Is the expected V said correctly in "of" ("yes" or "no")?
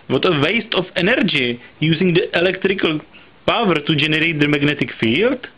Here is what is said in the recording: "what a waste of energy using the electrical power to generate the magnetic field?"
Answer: no